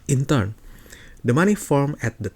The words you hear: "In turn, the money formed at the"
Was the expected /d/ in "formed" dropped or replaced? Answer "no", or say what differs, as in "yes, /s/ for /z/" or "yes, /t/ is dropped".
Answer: yes, /d/ is dropped